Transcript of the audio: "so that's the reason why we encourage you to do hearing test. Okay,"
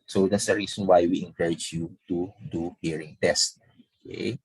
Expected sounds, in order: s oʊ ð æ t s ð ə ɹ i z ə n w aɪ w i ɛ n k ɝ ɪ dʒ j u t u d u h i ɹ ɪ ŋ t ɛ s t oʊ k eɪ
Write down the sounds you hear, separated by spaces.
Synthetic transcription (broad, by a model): s oʊ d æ t s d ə ɹ i s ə n w aɪ w i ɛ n k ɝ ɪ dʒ j u t u d u h i ɹ ɪ ŋ t ɛ s t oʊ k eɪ